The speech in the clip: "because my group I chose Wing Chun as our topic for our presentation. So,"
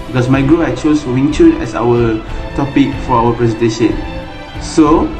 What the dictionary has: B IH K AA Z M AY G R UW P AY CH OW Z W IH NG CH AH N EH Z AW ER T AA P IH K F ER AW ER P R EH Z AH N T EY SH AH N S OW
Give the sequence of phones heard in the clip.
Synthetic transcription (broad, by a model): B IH K AA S M AY G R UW AY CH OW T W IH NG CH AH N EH S AW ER T AA P IH K F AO AW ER P R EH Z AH N T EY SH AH N S OW